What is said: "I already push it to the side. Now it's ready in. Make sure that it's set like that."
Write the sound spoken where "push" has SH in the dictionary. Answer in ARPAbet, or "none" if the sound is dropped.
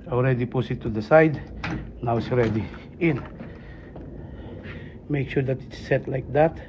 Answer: S